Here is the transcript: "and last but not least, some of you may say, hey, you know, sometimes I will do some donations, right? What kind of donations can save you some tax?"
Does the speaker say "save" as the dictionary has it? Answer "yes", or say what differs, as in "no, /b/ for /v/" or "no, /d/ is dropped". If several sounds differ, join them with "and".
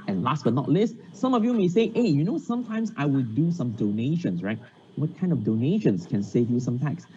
yes